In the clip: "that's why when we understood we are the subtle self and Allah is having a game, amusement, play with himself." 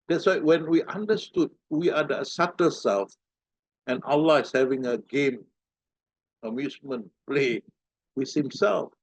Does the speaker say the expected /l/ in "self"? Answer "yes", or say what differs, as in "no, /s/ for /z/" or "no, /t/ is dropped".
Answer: yes